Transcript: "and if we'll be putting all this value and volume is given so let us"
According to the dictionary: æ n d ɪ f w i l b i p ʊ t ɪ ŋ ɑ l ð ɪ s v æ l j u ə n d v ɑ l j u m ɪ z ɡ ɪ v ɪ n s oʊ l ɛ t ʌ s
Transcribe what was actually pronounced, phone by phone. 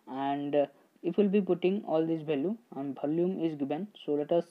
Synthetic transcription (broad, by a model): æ n d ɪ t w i l b i p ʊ t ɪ ŋ ɑ l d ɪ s b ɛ l j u ə n d b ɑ l j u m ɪ z ɡ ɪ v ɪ n s oʊ l ɛ t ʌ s